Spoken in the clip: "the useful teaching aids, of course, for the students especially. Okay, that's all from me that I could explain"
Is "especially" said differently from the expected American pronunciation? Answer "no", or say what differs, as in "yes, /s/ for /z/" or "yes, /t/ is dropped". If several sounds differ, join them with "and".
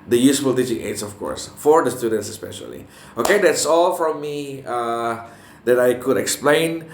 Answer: no